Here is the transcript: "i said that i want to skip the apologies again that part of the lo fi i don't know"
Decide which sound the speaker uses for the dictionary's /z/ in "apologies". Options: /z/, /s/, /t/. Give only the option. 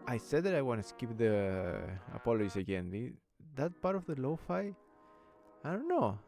/s/